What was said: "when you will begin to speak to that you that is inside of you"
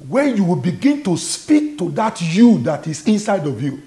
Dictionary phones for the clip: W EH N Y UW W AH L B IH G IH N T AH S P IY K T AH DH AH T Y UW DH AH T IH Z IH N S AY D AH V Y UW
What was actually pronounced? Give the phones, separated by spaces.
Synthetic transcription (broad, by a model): W EH N Y UW W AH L B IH G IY N T AH S P IY K T AH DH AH T Y UW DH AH T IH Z IH N S AY D AH V Y UW